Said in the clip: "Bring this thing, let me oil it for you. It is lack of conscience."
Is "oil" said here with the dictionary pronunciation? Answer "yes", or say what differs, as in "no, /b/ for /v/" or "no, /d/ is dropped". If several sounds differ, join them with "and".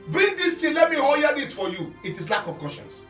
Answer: no, /n/ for /l/